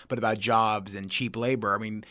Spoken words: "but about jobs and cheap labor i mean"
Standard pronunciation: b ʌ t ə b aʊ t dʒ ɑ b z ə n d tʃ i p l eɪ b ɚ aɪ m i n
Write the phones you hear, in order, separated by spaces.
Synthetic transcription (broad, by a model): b ʌ t ə b aʊ t dʒ ɑ b z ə n tʃ i p l eɪ b ɚ aɪ m i n